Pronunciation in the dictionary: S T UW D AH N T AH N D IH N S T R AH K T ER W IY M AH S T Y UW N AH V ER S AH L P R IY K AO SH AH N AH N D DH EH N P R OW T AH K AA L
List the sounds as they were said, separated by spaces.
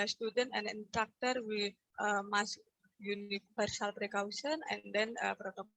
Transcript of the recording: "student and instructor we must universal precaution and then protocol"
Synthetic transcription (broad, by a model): S T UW D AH N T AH N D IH N T R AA K T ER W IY M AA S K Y UW N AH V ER S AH L P R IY K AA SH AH N AH N D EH N P R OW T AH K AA